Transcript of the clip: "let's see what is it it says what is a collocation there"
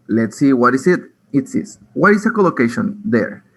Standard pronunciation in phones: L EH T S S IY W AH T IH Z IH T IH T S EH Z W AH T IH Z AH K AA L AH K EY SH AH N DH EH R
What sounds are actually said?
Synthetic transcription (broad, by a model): L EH T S S IY W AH T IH S IH T IH T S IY S W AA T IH S AH K AA L AH K EY SH AH N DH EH R